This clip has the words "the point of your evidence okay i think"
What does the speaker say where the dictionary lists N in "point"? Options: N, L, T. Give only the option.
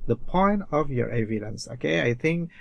N